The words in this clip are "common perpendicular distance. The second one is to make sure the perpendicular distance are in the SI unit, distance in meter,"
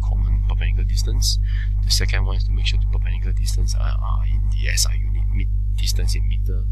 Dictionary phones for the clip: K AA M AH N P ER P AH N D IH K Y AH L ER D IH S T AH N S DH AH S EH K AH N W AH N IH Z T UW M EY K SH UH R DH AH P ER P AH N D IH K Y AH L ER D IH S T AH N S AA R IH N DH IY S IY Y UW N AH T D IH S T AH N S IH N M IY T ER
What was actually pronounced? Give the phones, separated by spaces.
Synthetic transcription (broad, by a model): K AA M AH N P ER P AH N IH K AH L D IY S T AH N S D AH S EH K AH N W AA N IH S T UW M EY K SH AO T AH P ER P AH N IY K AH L D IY S T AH N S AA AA IH N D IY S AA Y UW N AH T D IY S T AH N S IH N M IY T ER